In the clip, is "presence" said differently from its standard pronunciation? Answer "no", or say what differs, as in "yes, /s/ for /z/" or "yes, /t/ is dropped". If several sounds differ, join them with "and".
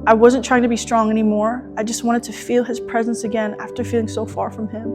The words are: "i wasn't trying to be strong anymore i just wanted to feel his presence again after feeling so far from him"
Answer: no